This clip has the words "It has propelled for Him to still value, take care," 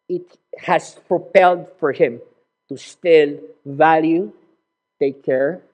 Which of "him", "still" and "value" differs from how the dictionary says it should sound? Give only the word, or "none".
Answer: none